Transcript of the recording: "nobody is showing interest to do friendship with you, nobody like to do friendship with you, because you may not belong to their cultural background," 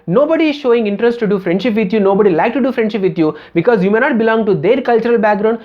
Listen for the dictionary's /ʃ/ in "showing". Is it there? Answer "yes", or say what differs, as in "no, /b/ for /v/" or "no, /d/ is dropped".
yes